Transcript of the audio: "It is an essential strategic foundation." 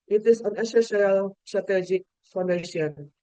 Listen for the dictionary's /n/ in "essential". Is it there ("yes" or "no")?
no